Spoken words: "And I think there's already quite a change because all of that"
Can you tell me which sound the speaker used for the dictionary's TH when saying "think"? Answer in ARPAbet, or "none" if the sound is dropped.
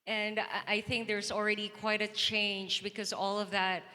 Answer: TH